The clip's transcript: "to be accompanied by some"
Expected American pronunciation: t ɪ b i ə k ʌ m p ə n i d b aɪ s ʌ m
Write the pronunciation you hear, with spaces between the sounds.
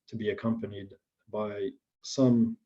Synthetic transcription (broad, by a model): t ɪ b i ə k ʌ m p ə n i d b aɪ s ʌ m